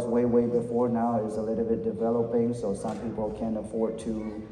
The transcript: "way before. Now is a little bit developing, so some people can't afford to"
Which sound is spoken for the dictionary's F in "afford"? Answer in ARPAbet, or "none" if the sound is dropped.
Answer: F